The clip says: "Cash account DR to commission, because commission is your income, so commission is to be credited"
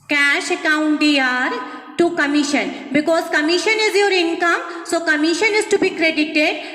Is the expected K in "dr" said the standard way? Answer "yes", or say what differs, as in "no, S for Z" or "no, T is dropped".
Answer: no, K is dropped